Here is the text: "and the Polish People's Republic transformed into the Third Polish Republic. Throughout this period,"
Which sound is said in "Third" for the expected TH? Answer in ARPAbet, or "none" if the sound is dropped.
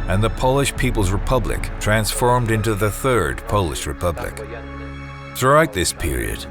TH